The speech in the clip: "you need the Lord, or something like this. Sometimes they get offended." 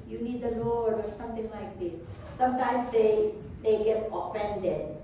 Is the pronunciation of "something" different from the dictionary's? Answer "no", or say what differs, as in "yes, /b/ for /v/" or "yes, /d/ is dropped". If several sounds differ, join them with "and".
yes, /t/ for /θ/